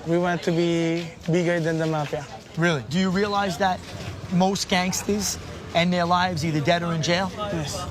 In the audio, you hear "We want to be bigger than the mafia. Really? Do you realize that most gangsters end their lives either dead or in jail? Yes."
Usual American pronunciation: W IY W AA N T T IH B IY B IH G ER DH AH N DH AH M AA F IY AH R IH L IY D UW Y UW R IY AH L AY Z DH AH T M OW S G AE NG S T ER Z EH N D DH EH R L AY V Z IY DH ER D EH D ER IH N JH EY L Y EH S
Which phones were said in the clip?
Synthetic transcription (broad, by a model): W IY W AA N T T IH B IY B IH G ER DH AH N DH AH M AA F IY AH R IH L IY D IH Y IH R IY AH L AY Z DH AH T M OW S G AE NG S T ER Z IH N DH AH R L AY V Z IY DH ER D EH D ER IH N JH EY L Y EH S